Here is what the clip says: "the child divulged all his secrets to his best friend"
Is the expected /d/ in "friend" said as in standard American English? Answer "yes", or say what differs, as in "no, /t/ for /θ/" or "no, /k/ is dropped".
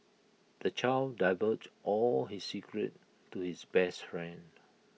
yes